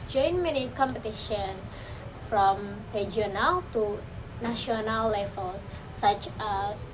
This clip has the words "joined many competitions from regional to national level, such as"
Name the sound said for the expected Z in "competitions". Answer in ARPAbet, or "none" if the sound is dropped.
none